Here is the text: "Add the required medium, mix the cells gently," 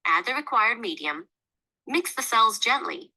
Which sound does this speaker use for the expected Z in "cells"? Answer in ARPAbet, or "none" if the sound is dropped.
Z